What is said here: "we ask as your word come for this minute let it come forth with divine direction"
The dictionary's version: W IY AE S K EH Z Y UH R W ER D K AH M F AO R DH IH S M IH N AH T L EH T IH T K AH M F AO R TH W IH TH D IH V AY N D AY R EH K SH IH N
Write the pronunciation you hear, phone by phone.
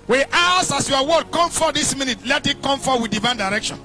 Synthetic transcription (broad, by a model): W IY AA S AA S Y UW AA W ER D K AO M F AO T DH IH S M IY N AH T L EH T IH T K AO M F AO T W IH D IH V AY N D AY R EH K SH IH N